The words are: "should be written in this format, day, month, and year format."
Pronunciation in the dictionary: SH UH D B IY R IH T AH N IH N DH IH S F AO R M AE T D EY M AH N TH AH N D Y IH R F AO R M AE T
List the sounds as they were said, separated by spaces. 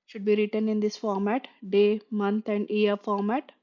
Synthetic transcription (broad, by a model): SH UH D B IY R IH T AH N IH N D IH S F AO R M AE T D EY M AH N T AH N D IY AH R F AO R M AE T